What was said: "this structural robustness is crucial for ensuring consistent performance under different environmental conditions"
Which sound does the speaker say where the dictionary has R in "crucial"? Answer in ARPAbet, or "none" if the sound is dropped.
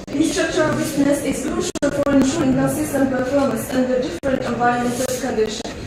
L